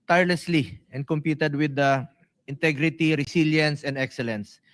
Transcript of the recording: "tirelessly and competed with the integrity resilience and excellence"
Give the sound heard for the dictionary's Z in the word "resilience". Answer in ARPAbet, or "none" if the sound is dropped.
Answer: S